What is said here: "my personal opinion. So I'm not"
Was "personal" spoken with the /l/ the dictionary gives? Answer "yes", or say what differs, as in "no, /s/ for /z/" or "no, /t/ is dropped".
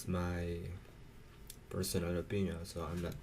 no, /n/ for /l/